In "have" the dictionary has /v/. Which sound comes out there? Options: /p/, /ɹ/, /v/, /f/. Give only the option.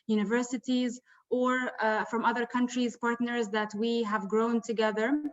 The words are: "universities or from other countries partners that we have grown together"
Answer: /v/